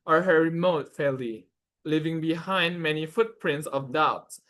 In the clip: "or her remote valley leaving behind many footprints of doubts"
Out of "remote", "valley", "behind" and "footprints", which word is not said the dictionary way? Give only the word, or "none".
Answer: valley